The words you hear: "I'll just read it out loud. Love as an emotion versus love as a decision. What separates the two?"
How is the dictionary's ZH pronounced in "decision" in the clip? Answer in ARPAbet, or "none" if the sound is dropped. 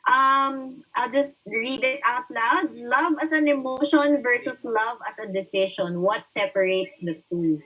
SH